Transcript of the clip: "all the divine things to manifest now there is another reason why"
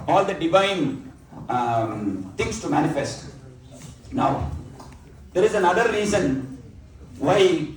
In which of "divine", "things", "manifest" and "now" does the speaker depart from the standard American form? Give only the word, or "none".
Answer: things